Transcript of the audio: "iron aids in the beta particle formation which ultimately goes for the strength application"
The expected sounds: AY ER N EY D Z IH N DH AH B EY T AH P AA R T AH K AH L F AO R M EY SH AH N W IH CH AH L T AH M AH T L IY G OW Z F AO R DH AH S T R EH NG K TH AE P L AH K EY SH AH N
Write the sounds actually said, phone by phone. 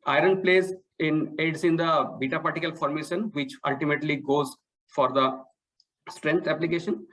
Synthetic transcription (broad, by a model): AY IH N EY D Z IH N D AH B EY T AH P AA R T AH K AH L F AO R M EY SH AH N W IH CH AH L T AH M AH T L IY G OW Z F AO R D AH S T R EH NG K T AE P L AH K EY SH AH N